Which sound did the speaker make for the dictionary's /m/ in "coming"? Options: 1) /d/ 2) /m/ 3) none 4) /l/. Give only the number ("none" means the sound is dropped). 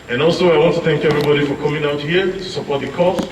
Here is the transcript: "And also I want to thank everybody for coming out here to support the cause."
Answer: 2